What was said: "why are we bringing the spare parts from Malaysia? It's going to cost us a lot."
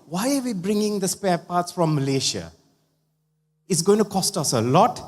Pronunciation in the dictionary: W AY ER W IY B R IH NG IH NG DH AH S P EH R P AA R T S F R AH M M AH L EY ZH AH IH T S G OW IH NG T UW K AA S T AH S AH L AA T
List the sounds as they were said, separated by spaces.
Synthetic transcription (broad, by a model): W AY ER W IY B R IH NG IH NG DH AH S P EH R P AA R T S F R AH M M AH L EY SH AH IH T S G OW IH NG T UW K AA S T AH S AH L AA T